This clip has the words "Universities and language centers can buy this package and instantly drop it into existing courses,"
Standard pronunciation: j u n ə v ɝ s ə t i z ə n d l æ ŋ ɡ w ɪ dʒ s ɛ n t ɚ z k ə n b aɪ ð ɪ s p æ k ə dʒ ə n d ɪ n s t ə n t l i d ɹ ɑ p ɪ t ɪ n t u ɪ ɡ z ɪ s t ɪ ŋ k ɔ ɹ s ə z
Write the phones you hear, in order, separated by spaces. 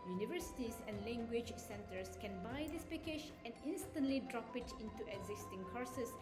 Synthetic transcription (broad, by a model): j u n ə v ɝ s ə t i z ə n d l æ ŋ ɡ w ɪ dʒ s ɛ n t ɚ s k ə n b aɪ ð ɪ s p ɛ k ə ʃ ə n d ɪ n s t ə n t l i d ɹ ɑ p ɪ t ɪ n t u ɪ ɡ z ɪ s t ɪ ŋ k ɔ ɹ s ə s